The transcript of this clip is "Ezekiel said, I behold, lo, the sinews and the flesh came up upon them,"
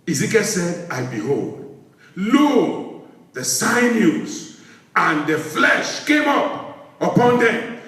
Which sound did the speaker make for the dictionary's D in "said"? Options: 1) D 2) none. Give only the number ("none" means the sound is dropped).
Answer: 1